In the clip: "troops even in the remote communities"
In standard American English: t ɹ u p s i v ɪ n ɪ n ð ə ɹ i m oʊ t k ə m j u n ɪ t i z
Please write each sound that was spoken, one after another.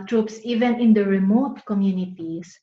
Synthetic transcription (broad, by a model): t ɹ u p s i v ɪ n ɪ n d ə ɹ i m oʊ t k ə m j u n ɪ t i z